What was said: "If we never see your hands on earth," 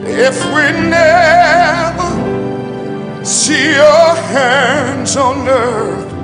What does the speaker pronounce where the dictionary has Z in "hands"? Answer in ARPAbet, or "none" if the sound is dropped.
Z